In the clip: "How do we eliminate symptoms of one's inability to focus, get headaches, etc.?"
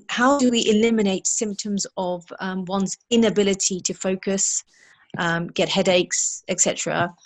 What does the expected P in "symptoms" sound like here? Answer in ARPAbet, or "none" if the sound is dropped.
P